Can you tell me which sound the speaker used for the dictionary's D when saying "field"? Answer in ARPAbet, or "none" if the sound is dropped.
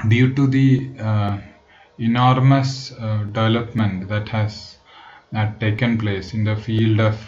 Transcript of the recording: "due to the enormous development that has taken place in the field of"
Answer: D